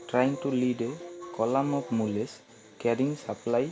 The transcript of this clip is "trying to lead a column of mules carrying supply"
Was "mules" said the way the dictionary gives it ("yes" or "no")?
no